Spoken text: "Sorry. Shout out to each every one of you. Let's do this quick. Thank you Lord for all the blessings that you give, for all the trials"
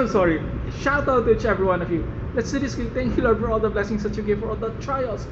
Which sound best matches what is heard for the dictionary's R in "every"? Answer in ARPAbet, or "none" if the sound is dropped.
R